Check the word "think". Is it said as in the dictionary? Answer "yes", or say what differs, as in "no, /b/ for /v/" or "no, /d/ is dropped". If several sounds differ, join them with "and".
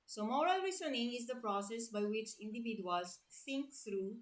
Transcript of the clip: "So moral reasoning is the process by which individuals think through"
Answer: no, /s/ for /θ/